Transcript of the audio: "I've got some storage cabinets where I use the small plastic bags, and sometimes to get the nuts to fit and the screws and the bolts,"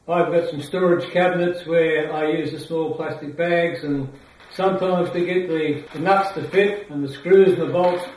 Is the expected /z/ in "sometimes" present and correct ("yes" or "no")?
yes